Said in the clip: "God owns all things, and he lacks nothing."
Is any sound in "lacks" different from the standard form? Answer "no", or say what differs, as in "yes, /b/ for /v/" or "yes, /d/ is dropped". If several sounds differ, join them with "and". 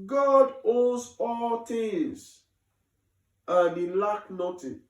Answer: yes, /s/ is dropped